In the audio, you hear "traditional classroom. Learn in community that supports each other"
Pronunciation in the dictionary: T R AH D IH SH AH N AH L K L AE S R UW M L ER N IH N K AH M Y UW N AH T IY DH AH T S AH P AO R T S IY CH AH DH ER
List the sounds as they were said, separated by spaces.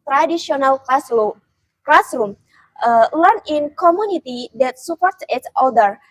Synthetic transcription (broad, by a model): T R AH D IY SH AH N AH L K L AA S R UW M L ER N IH N K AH M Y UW N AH T IY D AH T S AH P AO R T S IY S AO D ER